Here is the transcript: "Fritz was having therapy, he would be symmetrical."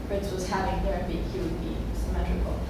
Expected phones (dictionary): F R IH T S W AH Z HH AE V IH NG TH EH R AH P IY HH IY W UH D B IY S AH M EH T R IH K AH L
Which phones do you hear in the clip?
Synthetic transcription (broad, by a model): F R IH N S W AH Z HH AE V IH NG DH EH R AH B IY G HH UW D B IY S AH M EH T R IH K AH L